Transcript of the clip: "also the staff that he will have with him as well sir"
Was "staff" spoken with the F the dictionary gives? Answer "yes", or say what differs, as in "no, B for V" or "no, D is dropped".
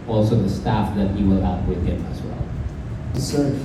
yes